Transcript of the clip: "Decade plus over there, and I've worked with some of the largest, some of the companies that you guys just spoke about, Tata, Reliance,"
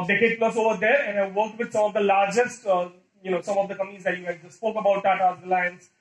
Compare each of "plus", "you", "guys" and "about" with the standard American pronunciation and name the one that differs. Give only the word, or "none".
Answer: guys